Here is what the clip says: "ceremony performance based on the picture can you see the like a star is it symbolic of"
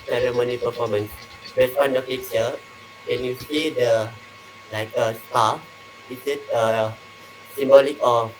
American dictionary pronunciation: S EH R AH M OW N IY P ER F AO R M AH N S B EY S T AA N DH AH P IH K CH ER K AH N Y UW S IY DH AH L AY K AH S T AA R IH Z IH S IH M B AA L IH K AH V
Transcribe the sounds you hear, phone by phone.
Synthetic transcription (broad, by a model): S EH R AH M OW N IY P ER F AO M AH N S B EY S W AA N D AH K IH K S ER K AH N Y UW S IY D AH L AY K AH S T AA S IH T IH S IH M B AA L IH K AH